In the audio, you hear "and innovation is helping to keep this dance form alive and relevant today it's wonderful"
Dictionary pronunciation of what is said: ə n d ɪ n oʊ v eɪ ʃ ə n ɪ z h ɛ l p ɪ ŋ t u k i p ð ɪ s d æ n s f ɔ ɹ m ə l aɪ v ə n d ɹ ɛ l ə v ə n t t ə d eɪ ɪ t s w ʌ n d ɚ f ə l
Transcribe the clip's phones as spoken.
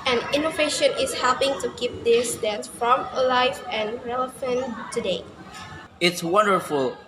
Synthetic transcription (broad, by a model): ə n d ɪ n oʊ v eɪ ʃ ə n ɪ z h ɛ l p ɪ ŋ t u k i p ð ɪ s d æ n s f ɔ m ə l aɪ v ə n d ɹ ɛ l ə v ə n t t ə d eɪ ɪ t s w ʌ n d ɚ f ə l